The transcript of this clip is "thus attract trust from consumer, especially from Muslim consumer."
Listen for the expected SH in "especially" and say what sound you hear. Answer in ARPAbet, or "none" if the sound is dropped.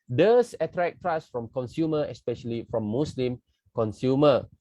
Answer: SH